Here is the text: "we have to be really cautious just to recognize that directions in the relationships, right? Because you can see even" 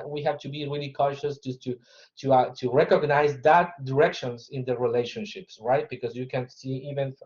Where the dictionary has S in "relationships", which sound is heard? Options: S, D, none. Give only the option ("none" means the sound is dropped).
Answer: S